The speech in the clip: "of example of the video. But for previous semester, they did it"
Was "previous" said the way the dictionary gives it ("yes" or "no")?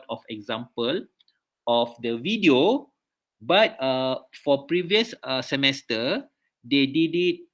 yes